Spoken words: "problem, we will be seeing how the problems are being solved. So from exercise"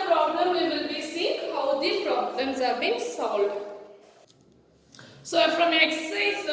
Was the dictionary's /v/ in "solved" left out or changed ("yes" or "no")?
yes